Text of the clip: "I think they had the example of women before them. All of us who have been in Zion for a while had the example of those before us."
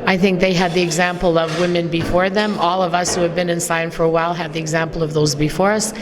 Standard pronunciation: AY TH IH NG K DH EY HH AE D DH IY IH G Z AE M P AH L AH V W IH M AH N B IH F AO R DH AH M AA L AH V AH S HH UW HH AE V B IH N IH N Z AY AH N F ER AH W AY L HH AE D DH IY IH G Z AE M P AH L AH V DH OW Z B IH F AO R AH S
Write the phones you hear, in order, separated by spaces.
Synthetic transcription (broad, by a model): AY TH IH NG K DH EY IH D DH IY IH G Z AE M P L AH V W IH M AH N B IH F AO R DH AH M AA L AH V AH S HH UW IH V B IH N IH N S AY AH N F ER AH W AY L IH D DH IY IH G Z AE M P L AH V DH OW Z B IH F AO R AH S